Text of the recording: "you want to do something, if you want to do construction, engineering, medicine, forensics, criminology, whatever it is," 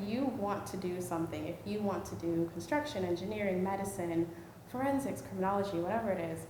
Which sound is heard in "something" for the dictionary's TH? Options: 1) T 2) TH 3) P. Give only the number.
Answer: 2